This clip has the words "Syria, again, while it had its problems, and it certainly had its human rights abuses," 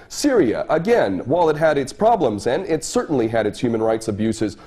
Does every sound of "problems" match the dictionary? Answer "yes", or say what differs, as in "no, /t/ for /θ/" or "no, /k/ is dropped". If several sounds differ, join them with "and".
yes